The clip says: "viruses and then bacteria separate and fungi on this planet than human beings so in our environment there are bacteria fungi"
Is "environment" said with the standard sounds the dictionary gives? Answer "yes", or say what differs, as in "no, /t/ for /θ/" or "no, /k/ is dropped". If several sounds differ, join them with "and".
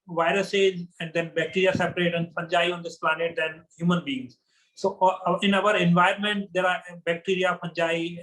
no, /ɹ/ is dropped